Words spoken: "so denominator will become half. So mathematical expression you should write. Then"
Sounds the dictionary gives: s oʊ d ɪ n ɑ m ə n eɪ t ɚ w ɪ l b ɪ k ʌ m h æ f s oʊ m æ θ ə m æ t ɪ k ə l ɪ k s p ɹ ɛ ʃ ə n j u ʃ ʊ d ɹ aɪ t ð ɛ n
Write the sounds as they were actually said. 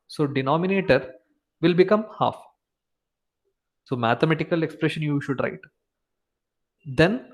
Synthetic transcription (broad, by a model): s oʊ d ɪ n ɑ m ə n eɪ t ɚ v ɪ l b ɪ k ʌ m h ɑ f s oʊ m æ t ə m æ t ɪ k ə l ɪ k s p ɹ ɛ ʃ ə n j u ʃ ʊ d ɹ aɪ t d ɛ n